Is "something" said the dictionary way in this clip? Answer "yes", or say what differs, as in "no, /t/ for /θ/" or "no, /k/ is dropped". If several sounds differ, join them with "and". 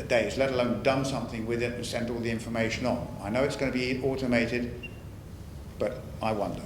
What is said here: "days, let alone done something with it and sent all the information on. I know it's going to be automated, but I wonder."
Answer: yes